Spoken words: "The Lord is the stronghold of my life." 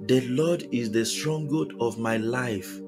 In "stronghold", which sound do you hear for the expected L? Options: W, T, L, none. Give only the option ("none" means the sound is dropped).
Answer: none